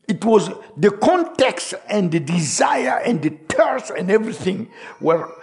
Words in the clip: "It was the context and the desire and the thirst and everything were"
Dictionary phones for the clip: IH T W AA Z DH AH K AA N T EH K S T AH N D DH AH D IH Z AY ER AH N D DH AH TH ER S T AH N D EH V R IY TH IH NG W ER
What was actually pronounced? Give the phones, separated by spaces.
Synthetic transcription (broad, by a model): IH T W AA Z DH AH K AA N T EH K S T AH N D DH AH D IH Z AY ER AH N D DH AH T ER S AH N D EH V R IY TH IH NG W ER